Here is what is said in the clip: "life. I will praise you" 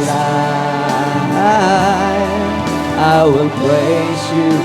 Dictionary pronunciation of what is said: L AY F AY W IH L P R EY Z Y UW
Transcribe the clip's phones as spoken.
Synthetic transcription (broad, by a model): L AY AY W IH L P L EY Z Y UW